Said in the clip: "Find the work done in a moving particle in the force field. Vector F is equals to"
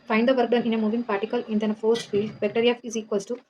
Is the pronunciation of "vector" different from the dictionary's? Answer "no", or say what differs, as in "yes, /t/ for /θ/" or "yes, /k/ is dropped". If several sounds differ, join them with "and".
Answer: yes, /b/ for /v/